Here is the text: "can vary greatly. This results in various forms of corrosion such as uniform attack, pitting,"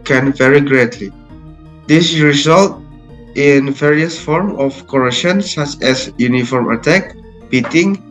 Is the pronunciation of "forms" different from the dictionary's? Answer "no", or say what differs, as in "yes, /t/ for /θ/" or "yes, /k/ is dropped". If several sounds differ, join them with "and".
yes, /z/ is dropped